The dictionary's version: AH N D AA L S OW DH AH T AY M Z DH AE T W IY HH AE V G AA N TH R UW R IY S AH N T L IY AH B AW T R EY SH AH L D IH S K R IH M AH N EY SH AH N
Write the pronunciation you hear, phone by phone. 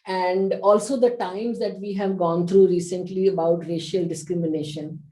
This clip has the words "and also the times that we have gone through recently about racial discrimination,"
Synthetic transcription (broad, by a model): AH N D AA L S OW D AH T AY M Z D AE T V IY HH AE V G AA N T R UW R IY S AH N T L IY AH B AW T R EY SH AH L D IH S K R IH M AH N EY SH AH N